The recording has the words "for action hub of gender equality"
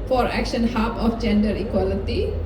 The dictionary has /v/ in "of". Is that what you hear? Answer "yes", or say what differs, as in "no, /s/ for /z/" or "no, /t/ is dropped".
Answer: no, /f/ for /v/